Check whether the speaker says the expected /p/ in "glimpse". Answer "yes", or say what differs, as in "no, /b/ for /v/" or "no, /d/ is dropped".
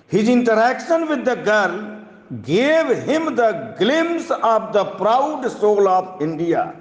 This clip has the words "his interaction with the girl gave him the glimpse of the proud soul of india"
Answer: no, /p/ is dropped